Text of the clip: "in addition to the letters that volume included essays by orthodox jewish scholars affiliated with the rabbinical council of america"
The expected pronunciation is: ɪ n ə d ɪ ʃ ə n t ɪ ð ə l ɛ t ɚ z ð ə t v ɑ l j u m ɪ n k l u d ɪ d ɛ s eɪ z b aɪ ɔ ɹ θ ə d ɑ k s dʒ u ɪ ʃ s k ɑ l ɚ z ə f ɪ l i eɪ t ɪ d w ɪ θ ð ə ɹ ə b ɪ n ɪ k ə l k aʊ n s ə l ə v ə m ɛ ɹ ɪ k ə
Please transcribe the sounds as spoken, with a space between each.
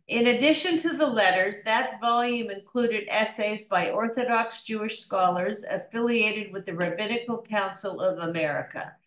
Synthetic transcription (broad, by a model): ɪ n ə d ɪ ʃ ə n t ɪ ð ə l ɛ t ɚ z ð ə t v ɑ l j u m ɪ n k l u d ɪ d ɛ s eɪ z b aɪ ɔ ɹ θ ə d ɑ k s dʒ u ɪ ʃ s k ɑ l ɚ z ə f ɪ l i eɪ t ɪ d w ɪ ð ə ɹ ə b ɪ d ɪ k l k aʊ n s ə l ə v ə m ɛ ɹ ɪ k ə